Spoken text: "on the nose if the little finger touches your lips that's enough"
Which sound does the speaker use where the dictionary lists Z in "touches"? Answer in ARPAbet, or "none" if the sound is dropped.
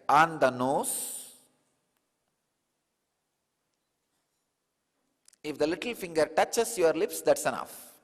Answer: S